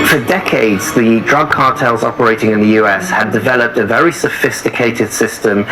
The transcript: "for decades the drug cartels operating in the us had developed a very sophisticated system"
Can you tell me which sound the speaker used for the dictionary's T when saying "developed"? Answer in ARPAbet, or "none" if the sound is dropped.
T